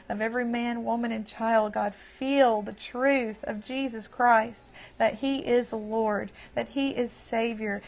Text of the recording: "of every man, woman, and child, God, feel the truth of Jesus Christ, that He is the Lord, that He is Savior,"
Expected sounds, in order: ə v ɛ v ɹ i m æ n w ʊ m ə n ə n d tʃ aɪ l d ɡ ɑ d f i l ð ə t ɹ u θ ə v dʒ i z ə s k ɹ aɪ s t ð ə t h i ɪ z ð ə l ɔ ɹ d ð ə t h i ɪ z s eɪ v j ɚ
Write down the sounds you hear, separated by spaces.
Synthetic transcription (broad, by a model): ə v ɛ v ɹ i m æ n w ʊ m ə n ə n tʃ aɪ l d ɡ ɑ d f i l ð ə t ɹ u θ ə v dʒ i z ə s k ɹ aɪ s t ð ə t h i ɪ z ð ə l ɔ ɹ d ð ə t h i ɪ z s eɪ v j ɚ